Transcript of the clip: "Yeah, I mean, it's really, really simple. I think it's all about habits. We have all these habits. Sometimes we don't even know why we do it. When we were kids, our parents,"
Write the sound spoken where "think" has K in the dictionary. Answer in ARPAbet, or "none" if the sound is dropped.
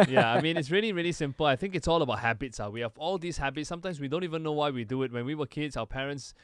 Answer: K